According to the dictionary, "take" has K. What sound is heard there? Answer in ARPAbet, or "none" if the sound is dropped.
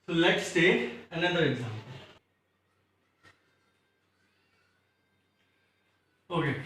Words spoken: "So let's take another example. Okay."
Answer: none